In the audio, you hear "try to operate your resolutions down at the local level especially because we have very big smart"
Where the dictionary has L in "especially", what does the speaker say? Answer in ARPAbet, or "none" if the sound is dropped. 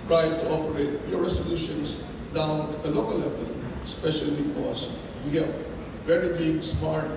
none